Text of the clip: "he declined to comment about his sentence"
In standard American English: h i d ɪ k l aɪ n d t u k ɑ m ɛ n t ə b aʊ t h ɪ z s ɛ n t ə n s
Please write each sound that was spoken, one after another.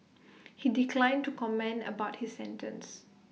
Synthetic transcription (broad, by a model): h i d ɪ k l aɪ n t u k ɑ m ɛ n ə b aʊ t h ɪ s ɛ n t ə n s